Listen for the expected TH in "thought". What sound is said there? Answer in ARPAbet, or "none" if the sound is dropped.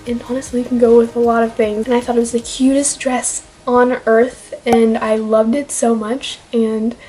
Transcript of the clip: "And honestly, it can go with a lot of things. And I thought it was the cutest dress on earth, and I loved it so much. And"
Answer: TH